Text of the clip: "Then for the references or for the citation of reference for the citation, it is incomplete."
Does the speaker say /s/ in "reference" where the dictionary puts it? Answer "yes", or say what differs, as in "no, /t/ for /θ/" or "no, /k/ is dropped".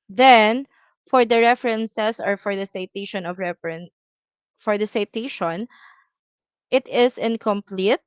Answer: no, /s/ is dropped